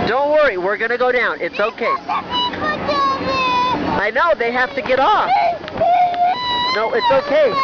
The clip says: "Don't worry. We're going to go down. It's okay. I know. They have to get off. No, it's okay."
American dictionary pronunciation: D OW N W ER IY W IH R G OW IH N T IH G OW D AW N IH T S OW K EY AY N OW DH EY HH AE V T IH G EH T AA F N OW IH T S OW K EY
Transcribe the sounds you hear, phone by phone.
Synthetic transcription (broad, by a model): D OW N W ER IY W IH R G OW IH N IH G OW D AW N IH T S OW K EY AY N OW DH EY HH AE F T IH G EH T AA F N OW IH T S OW K EY